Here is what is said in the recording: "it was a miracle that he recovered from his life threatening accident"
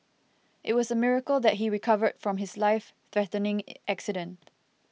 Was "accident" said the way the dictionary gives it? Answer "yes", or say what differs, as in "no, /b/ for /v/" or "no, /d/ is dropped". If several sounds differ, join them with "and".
yes